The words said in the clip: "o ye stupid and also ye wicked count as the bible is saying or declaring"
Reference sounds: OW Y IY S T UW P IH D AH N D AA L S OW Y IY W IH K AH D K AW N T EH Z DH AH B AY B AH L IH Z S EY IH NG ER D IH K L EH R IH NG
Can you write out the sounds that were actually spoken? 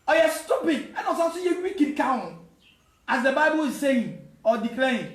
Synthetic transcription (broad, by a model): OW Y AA S T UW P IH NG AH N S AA S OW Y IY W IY K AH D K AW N AA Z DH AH B AY B AH L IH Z S EY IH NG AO D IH K L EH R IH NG